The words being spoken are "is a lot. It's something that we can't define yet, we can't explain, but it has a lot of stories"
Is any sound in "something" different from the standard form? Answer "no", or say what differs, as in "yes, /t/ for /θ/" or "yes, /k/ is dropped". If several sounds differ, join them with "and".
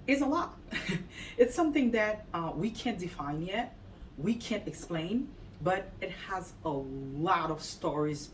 no